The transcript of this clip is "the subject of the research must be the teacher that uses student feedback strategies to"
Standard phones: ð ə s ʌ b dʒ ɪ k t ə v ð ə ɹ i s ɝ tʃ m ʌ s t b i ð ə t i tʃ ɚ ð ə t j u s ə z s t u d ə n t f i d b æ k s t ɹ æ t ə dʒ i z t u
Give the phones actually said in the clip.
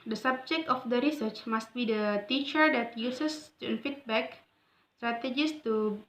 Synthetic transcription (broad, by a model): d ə s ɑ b dʒ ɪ k t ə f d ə ɹ i s ɝ tʃ m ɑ s t b i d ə t i tʃ ɚ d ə t j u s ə s t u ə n f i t b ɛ k s t ɹ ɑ t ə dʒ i s t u